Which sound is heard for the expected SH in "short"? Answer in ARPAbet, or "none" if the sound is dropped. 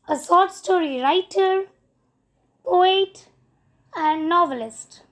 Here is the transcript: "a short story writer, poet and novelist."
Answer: S